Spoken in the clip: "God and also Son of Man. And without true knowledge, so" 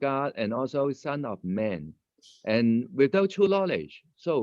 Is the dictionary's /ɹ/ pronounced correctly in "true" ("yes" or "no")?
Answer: no